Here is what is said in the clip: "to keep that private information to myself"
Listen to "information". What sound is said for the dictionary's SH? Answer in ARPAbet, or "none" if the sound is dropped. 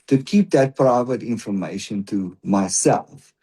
SH